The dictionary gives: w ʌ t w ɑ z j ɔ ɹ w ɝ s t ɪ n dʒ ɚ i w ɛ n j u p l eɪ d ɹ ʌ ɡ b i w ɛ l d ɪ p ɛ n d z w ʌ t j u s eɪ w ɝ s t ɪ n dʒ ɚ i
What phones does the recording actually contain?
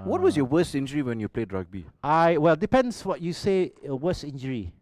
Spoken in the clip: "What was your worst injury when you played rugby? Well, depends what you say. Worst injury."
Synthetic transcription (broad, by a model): w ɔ t w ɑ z j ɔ w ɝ s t ɪ n dʒ ɚ i w ɛ n j u p l eɪ d ɹ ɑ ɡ b i w ɛ l d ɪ p ɛ n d s w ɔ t j u s eɪ w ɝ s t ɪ n dʒ ɚ i